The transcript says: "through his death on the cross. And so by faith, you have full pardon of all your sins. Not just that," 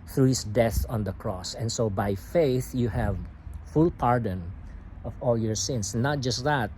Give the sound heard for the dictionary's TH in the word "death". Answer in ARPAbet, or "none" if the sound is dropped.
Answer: TH